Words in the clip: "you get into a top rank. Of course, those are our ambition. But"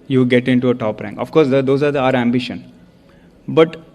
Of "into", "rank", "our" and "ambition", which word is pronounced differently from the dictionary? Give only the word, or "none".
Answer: none